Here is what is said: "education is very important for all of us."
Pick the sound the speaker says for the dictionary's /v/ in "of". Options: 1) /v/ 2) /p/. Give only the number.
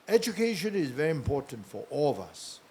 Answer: 1